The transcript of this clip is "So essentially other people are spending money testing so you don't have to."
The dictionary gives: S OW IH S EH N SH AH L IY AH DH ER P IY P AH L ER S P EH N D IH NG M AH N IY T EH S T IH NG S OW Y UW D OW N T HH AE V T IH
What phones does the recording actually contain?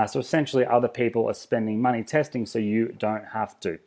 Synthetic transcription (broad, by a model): S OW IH S EH N SH L IY AH DH ER P IY P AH L ER S P EH N D IH NG M AH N IY T EH S T IH NG S OW Y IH D OW N T HH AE F T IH